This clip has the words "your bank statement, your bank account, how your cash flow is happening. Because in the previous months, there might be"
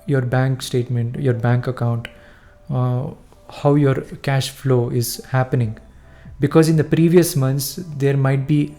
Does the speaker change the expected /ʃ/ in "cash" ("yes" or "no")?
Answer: no